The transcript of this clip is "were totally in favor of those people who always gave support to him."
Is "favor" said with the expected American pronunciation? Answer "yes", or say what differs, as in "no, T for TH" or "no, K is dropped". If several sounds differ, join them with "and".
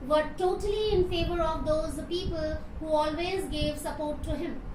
yes